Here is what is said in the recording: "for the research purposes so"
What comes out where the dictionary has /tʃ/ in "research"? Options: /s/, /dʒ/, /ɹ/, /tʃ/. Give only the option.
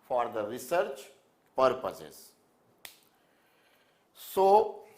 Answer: /tʃ/